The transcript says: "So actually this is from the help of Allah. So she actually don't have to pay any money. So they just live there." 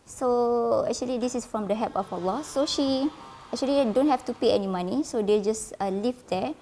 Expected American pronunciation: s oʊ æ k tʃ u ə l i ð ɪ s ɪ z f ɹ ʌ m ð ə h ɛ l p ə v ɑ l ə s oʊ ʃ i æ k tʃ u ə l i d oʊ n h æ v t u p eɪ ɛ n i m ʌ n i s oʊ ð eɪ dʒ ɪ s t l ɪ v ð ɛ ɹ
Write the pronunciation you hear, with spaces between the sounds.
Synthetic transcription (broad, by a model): s oʊ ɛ k tʃ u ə l i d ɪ s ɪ s f ɹ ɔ m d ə h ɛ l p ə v ɑ l ə s oʊ ʃ i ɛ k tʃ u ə l i d oʊ n h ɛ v t u p eɪ ɛ n i m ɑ n i s oʊ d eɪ dʒ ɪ s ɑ l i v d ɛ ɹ